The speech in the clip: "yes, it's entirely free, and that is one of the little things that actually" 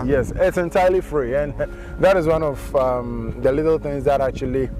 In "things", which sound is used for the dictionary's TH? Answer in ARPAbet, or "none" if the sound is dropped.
TH